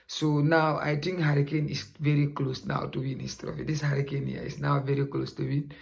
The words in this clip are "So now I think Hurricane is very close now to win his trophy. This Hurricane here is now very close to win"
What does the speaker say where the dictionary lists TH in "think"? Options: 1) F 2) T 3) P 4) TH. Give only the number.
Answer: 2